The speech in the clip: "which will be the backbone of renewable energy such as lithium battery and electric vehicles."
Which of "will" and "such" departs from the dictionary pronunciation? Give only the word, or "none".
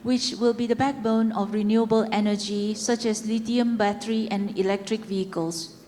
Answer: none